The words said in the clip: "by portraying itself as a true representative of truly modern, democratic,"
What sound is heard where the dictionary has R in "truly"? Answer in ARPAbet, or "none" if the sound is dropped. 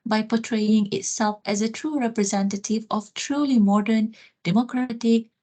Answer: R